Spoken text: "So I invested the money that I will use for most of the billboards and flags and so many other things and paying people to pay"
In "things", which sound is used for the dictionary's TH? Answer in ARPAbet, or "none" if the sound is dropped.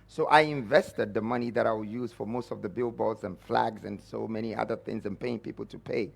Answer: TH